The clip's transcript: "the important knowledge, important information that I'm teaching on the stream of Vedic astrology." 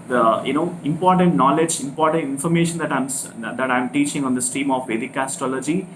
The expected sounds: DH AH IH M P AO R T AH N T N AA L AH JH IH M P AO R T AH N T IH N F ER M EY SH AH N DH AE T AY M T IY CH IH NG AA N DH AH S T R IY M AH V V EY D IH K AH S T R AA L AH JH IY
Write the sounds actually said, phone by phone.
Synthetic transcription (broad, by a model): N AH IH M P AO R T AH N T N AA L AH JH IH M P AO R T AH N T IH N F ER M EY SH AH N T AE T AY M T IY CH IH NG AA N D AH S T IY M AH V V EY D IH K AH S T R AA L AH JH IY